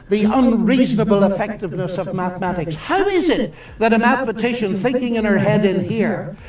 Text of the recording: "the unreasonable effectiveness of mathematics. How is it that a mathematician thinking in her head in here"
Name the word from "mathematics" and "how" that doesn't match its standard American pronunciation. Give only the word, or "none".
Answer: none